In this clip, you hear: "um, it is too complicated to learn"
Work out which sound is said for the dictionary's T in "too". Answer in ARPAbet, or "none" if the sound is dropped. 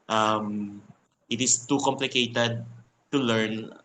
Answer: T